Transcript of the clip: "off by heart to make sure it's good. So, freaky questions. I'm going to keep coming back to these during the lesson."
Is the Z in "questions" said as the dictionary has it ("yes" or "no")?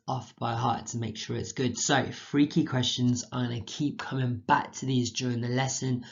yes